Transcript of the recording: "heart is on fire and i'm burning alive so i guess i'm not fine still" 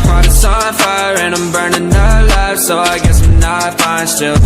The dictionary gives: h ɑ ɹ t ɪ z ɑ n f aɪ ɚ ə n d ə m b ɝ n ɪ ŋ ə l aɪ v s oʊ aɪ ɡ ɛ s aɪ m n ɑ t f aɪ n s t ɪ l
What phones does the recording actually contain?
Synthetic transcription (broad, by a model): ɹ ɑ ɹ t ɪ s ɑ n f aɪ ɚ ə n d ə m b ɝ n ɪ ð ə l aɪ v s oʊ aɪ ɡ ɛ s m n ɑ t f aɪ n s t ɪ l